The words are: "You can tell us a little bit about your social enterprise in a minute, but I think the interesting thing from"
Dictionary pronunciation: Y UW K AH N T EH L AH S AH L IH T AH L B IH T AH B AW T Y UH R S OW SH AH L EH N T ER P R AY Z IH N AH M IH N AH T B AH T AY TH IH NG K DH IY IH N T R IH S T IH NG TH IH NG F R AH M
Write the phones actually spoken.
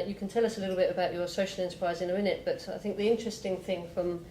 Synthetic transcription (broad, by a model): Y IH K AH N T EH L AH S AH L IH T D L B IH T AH B AW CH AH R S OW SH AH L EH N T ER P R AY Z IH N AH M IH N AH T B AH T AY TH IH NG K DH IY IH N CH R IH S T IH NG TH IH NG F R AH M